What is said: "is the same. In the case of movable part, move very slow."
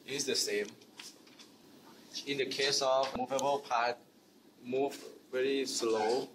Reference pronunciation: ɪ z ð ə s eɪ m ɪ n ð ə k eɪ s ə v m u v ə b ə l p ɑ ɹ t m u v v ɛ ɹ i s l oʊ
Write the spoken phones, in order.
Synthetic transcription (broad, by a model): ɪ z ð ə s eɪ m ɪ n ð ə k eɪ s ə v m u v ə b ə l p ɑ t m u v v ɛ ɹ i s l oʊ